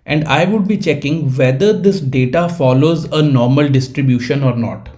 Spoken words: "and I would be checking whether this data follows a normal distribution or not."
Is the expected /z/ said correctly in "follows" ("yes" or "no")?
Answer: yes